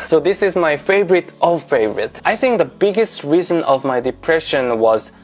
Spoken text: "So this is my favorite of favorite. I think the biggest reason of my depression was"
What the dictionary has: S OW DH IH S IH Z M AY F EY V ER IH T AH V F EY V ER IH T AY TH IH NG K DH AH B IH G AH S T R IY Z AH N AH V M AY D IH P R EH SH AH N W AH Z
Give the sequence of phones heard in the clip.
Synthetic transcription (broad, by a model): S OW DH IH S IH Z M AY F EY V ER IH T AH F EY V ER IH T AY TH IH NG K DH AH B IH G AH S T R IY Z AH N AH V M AY D IH P R EH SH AH N W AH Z